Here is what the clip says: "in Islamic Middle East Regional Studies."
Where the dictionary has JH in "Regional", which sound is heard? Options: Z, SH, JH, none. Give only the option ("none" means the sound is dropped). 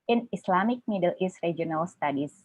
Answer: none